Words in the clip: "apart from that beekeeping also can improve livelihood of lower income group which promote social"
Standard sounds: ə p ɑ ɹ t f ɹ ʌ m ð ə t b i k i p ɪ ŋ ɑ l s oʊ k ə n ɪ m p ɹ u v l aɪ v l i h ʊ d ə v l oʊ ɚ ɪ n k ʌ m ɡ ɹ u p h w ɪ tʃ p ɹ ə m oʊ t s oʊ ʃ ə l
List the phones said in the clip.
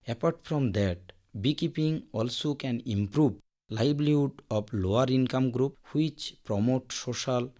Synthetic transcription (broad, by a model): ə p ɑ ɹ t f ɹ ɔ m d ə t b i k i p ɪ ŋ ɑ l s oʊ k ə n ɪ m p ɹ u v l aɪ b l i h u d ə b l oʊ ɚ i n k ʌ m ɡ ɹ u p h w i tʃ p ɹ ə m oʊ t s oʊ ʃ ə l